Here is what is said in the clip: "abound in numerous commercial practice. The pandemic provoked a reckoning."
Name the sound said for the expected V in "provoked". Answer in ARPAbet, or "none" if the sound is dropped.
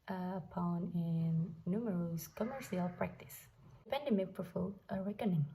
F